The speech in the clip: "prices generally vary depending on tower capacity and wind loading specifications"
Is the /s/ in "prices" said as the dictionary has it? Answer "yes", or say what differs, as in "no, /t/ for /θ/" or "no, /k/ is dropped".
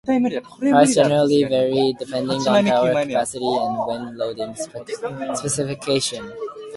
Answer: no, /s/ is dropped